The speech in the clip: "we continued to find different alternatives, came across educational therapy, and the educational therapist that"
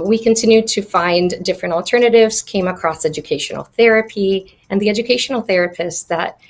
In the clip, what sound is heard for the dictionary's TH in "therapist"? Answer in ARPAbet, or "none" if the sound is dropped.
TH